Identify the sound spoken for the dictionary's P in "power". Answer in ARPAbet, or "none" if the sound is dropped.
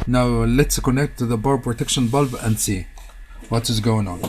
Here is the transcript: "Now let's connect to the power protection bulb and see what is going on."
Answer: B